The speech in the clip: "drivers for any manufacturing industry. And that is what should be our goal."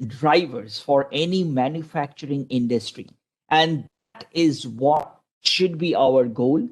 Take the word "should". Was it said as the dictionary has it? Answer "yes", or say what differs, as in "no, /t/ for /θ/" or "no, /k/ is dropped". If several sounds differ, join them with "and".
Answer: yes